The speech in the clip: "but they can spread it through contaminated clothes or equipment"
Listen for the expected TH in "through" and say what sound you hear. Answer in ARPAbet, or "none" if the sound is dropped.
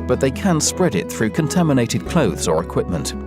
TH